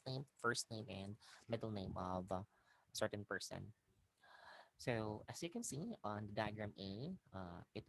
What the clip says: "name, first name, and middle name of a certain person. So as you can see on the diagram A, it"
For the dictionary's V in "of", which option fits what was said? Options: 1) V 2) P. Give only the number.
1